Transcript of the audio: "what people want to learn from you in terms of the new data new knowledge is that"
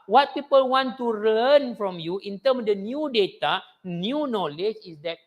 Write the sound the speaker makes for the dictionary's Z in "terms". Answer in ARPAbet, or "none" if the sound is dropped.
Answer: none